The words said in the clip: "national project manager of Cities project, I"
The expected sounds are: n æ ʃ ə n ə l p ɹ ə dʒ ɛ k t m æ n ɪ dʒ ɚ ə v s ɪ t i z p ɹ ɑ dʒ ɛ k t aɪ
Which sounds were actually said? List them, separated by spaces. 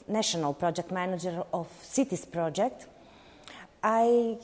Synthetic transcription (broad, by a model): n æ ʃ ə n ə l p ɹ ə dʒ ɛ k t m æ n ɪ dʒ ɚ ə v s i t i s p ɹ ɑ dʒ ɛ k t aɪ